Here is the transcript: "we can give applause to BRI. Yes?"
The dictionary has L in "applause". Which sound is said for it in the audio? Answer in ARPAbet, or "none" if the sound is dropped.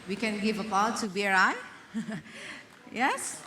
none